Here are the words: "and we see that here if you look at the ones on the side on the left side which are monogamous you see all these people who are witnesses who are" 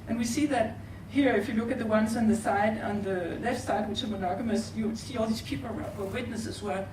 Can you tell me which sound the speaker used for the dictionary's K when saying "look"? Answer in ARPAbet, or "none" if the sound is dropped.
K